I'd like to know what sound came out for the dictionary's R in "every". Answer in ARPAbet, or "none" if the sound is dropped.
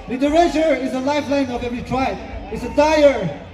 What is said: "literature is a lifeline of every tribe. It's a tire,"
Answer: none